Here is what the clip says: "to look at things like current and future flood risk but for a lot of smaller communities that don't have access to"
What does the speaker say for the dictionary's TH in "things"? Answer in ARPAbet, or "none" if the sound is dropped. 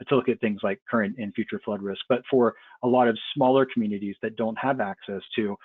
TH